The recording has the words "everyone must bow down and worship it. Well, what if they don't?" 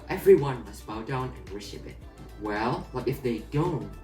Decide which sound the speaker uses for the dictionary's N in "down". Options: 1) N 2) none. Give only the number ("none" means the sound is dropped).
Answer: 1